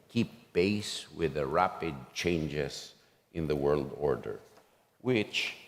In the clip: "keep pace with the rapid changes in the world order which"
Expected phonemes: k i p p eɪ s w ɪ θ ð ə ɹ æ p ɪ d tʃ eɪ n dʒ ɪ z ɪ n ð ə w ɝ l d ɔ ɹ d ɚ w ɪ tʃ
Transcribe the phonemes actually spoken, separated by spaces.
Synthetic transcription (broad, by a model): k i p b eɪ s w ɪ ð ə ɹ æ p ɪ d tʃ eɪ n dʒ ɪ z ɪ n ð ə w ɝ l d ɔ ɹ d ɚ w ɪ tʃ